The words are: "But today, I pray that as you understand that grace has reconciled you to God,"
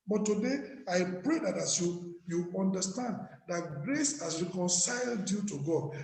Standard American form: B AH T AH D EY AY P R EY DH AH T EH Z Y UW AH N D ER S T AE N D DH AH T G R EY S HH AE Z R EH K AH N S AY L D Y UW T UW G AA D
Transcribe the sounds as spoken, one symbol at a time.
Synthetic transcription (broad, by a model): B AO T AH D EY AY P R EY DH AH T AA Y Y UW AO N D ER S T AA N D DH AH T G R EY S HH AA S R EH K AH N S AY L D Y UW T UW G AA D